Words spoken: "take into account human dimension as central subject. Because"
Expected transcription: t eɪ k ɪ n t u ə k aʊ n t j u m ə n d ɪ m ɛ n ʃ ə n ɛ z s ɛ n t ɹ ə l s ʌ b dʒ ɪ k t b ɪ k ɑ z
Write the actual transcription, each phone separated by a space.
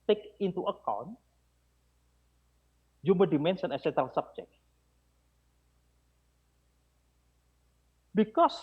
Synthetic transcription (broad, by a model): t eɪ k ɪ n t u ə k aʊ n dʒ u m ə d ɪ m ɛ n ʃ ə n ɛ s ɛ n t ə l s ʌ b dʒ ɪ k b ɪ k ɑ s